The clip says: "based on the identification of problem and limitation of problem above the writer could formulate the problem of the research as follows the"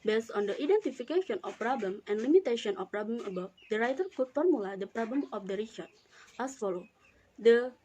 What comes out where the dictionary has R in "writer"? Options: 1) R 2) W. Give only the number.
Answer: 1